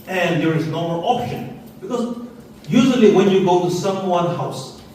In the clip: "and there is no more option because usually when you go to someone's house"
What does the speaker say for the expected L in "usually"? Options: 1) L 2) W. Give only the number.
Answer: 1